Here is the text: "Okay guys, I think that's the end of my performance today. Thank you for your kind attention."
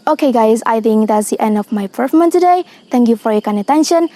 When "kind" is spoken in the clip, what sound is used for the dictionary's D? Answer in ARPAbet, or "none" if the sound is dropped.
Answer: none